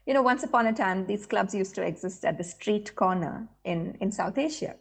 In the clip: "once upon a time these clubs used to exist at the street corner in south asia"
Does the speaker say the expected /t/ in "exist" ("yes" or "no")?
yes